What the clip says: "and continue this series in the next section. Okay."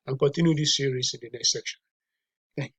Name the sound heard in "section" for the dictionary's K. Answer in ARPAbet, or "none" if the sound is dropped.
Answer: K